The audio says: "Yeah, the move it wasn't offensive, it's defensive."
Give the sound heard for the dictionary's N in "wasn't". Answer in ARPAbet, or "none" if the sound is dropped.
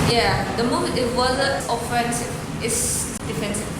none